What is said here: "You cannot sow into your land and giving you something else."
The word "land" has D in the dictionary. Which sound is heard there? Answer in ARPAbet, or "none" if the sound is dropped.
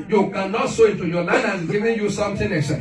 none